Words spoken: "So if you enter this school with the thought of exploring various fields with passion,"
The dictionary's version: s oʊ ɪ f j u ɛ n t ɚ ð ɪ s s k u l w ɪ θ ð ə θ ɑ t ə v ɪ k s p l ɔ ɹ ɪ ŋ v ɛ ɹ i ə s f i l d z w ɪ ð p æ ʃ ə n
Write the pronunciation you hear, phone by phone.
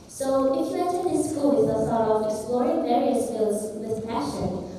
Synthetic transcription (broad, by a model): s oʊ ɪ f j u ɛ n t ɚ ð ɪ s s k u l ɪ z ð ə s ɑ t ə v ɪ k s p l ɔ ɹ ɪ ŋ v ɛ ɹ i ə s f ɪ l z w ɪ ð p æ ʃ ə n